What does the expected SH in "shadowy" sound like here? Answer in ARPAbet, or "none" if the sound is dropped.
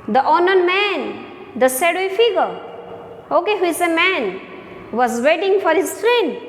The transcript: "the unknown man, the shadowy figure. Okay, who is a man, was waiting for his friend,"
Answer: S